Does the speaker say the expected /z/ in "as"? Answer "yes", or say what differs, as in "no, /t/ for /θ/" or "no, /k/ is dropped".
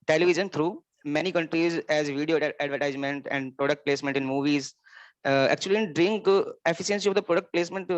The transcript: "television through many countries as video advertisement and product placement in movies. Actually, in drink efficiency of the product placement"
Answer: yes